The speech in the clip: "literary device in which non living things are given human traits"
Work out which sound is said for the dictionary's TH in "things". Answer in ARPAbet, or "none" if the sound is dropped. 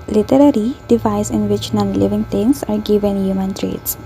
T